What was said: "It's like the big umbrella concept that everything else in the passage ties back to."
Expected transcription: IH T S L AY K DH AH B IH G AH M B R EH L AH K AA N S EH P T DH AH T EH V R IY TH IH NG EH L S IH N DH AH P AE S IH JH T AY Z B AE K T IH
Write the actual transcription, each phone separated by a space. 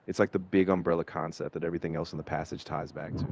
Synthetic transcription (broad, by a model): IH T S L AY K DH AH B IH G AH M B R EH L AH K AA N S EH P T DH AH T EH V R IY TH IH NG EH L S N DH AH P AE S IH JH T AY Z B AE K T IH